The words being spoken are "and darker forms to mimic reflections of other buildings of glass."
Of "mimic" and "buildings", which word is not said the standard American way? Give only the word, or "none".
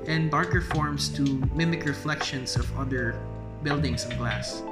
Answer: buildings